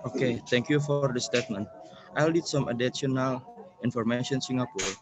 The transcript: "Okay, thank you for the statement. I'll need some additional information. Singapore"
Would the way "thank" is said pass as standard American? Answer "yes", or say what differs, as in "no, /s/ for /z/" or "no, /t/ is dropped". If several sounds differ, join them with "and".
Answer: no, /t/ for /θ/